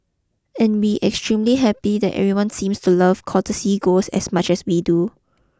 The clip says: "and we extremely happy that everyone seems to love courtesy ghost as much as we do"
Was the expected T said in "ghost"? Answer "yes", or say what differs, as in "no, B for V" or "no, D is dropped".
no, T is dropped